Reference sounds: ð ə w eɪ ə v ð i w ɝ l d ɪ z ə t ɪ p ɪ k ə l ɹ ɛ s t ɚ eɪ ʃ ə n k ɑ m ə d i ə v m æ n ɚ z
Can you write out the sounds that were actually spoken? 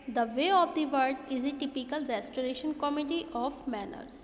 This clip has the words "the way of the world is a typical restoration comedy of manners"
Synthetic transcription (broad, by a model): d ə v eɪ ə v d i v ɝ d ɪ z ə t ɪ p ɪ k ə l ɹ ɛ s t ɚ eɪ ʃ ə n k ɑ m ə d i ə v m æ n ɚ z